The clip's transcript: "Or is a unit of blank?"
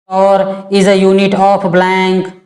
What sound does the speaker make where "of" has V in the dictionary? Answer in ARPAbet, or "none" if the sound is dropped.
P